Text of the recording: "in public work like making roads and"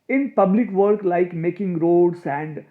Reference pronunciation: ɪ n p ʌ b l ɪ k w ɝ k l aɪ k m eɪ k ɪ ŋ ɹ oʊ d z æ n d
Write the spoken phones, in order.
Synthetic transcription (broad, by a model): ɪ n p ʌ b l ɪ k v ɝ k l aɪ k m eɪ k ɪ ŋ ɹ oʊ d s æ n d